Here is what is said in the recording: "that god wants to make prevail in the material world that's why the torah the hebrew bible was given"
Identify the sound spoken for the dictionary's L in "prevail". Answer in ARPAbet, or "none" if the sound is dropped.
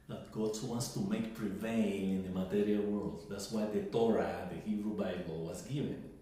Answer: N